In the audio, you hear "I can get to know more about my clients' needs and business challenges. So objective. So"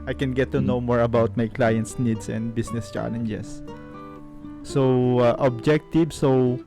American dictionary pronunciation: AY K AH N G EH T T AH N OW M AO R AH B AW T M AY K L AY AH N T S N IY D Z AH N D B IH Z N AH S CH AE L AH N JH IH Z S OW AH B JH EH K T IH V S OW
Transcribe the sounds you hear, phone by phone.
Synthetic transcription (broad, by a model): AY K AH N G EH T T AH N OW M AO R AH B AW T M AY K L AY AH N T S N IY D S AH N D B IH S N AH S CH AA L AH N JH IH S OW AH B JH EH K T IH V S OW